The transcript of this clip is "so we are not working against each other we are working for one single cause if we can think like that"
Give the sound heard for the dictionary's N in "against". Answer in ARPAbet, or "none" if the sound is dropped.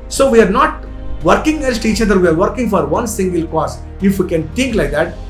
L